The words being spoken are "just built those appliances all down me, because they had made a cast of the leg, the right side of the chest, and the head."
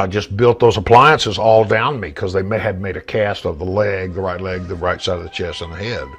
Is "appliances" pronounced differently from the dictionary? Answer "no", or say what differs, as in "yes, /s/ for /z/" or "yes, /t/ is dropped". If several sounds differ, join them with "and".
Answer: no